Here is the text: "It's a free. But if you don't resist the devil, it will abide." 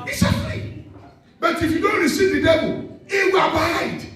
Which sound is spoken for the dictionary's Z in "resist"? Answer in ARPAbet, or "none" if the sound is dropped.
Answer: S